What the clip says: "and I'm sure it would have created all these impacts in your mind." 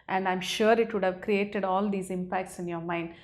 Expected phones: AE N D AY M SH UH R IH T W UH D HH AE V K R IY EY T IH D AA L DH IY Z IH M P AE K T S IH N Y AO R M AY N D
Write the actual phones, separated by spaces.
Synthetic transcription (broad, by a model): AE N D AY M SH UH R IH T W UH D HH AE V K R IY EY T IH D AA L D IY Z IH M P AE K T S IH N Y AO R M AY N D